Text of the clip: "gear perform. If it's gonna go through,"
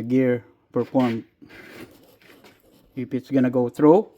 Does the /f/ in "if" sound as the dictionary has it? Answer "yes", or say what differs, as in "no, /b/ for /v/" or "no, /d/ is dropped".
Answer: no, /p/ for /f/